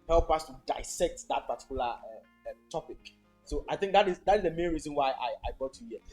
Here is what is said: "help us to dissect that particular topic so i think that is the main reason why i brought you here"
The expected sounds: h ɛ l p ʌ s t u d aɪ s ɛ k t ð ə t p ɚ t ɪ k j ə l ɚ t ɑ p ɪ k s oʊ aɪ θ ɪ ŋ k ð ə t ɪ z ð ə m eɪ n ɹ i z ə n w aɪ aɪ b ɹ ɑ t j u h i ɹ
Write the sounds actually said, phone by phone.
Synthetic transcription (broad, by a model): h ɛ l p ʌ s t u d aɪ s ɛ k t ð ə t p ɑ t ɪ k j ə l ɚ t ɑ p ɪ k s oʊ aɪ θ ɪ ŋ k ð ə t ɪ z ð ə m eɪ n ɹ i z ə n w aɪ aɪ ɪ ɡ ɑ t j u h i